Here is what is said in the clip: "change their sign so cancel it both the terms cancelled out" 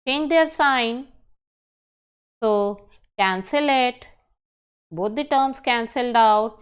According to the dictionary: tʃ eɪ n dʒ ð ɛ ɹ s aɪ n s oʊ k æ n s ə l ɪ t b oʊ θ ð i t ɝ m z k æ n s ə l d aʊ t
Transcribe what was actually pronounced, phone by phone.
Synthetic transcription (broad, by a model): tʃ eɪ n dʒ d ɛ ɹ s aɪ n s oʊ k æ n s ə l ɪ t b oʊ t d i t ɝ m s k æ n s ə l d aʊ t